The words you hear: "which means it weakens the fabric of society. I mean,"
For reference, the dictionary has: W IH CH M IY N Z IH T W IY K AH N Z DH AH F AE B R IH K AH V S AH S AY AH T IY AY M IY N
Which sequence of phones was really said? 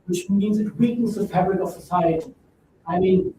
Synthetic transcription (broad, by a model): W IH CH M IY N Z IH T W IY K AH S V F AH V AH R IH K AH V S AH S AY AH T IY AY M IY N